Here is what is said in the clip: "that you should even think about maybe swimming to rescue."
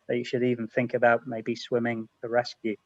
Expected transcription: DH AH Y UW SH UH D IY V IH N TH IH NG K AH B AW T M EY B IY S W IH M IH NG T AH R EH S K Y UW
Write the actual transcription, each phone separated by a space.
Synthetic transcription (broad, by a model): DH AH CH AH SH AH D IY V IH N TH IH NG K AH B AW T M EY B IY S W IH M IH NG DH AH R EH S K Y UW